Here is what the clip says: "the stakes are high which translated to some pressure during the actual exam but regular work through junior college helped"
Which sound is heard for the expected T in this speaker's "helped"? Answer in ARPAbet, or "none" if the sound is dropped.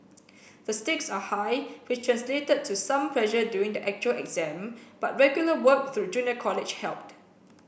T